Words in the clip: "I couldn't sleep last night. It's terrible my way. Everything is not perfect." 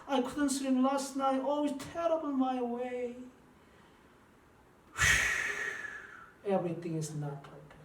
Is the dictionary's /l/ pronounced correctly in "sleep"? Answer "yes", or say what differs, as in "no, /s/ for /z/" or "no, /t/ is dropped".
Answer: no, /l/ is dropped